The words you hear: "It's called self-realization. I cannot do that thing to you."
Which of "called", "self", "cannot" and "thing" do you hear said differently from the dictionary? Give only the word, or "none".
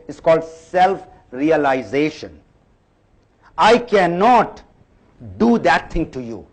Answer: thing